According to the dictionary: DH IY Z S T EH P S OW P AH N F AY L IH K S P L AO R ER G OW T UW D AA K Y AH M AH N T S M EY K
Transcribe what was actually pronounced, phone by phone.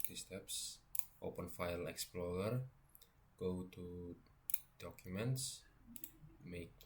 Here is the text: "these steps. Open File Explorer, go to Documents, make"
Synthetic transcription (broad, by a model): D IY S T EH P S OW P AH N F AY L IH K S P L AO R ER G OW T UW D AA K Y AH M AH N T S M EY K